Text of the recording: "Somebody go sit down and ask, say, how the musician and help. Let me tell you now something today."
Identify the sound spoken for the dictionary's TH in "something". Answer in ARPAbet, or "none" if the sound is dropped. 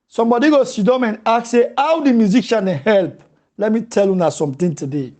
T